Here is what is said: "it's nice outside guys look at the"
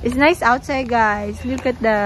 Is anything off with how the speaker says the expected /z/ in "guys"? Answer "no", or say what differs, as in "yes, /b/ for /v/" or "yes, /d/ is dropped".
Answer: yes, /s/ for /z/